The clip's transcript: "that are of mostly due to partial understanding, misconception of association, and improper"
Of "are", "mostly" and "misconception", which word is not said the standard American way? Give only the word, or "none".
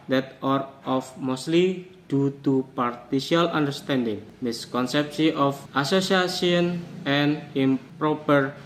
misconception